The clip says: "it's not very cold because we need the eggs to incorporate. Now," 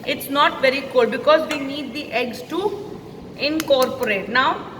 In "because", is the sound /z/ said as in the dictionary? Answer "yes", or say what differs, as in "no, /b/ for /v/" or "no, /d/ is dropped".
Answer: yes